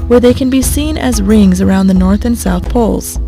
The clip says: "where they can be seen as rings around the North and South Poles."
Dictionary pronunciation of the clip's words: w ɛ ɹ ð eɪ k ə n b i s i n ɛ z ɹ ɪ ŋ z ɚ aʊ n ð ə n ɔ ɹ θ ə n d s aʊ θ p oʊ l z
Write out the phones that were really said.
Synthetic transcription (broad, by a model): w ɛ ɹ ð eɪ k ə n b i s i n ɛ z ɹ ɪ ŋ z ɚ aʊ n ð ə n ɔ ɹ θ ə n s aʊ θ p oʊ l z